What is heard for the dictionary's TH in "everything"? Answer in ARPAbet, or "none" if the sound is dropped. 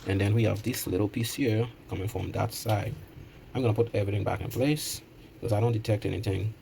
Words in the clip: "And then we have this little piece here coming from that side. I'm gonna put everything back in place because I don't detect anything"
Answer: TH